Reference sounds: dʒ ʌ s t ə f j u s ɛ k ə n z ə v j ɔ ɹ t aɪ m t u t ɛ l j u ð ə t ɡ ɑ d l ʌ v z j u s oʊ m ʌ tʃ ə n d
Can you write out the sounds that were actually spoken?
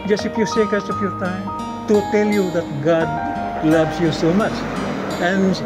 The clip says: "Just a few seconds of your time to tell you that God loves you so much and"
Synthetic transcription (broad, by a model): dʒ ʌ s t ə f j u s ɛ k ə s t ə f j ɔ ɹ t aɪ m t u t ɛ l j u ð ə t ɡ ɑ d l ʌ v s j u s oʊ m ʌ tʃ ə n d